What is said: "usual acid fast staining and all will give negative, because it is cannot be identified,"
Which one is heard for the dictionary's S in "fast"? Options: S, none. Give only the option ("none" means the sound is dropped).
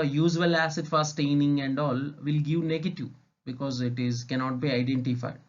none